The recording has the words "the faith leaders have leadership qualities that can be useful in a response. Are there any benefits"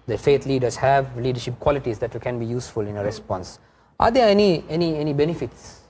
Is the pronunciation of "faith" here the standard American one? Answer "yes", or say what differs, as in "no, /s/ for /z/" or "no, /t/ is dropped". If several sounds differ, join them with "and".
no, /t/ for /θ/